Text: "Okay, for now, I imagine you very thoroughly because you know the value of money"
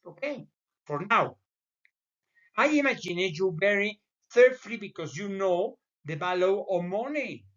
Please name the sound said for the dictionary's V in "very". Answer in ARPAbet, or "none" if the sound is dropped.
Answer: B